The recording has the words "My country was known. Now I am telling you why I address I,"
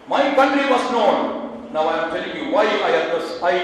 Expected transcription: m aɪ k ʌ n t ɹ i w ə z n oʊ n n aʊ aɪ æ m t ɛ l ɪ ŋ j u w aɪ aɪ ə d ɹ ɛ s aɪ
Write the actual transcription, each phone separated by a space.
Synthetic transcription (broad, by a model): m aɪ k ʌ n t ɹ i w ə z n oʊ n n aʊ aɪ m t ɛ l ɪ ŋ j u w aɪ aɪ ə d ʌ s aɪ